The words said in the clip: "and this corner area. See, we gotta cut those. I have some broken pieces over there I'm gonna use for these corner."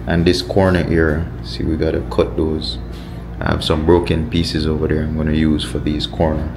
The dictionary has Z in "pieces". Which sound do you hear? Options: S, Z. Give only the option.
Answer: Z